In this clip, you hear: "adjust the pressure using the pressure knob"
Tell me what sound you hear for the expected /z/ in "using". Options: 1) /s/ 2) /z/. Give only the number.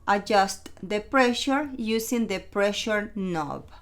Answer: 1